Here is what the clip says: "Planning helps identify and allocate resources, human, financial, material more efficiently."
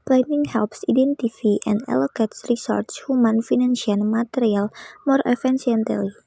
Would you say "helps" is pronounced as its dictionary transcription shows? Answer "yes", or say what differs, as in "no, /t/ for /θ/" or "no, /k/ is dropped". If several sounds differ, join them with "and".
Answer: yes